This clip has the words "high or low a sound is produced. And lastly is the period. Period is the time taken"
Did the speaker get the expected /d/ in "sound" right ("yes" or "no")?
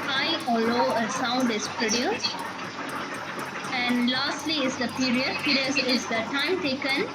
yes